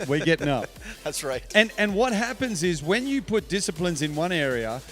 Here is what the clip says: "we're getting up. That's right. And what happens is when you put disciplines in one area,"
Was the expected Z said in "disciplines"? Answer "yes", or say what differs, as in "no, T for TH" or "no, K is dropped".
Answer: yes